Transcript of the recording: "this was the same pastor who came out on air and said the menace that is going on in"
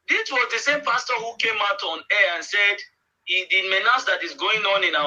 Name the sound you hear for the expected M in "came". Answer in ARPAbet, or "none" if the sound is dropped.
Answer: M